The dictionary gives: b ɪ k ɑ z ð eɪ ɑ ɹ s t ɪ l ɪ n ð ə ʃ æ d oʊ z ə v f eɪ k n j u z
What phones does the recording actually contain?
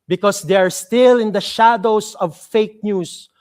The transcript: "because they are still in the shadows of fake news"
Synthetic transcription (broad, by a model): b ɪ k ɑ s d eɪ ɑ ɹ s t ɪ l ɪ n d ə ʃ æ d oʊ s ə v f eɪ k n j u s